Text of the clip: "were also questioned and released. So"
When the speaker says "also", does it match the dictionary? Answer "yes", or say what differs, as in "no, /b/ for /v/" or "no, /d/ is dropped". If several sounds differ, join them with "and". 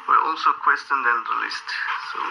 yes